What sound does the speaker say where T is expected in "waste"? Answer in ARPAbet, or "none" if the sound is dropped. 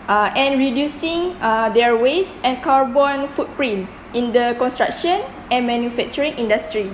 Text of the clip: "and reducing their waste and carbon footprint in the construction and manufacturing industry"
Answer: none